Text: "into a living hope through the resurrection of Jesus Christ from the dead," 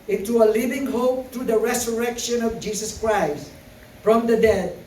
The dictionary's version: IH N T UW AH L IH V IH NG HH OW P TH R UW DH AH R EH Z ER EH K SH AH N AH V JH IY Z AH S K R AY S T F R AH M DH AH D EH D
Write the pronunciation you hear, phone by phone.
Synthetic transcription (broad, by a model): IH N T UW AH L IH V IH NG HH OW P T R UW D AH R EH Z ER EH K SH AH N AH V JH IY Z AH S K R AY S T F R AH M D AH D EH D